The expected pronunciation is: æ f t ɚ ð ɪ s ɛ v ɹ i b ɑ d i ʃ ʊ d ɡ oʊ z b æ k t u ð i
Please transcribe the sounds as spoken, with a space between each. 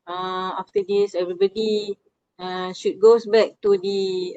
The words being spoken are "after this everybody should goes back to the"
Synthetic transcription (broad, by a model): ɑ f t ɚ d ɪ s ɛ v ɹ i b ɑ d i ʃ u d ɡ oʊ s b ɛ k t u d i